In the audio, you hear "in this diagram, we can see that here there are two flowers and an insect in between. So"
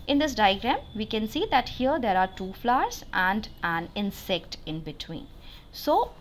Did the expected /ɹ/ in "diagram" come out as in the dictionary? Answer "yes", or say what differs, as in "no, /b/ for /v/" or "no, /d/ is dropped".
yes